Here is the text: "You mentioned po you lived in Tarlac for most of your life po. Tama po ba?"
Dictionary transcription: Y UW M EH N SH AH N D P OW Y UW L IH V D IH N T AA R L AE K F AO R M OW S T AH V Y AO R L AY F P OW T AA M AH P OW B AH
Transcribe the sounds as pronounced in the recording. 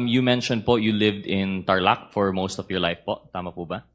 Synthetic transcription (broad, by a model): Y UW M EH N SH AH N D P OW Y UW L IH V D IH N T AA R L AE K F AO R M OW S T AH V Y AO R L AY F P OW T AA M AH P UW B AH